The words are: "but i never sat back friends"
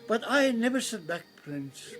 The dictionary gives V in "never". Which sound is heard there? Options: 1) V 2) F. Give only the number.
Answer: 1